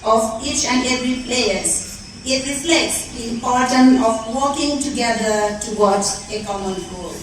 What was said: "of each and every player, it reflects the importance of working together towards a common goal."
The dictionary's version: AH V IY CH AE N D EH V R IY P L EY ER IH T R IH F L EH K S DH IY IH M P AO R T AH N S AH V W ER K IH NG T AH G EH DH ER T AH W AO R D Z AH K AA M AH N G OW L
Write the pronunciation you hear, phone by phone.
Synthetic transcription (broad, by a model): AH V IY CH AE N D EH V R IY P L EY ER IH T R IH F L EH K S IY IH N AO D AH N AH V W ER K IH NG T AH G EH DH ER T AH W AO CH AH K AA M AH N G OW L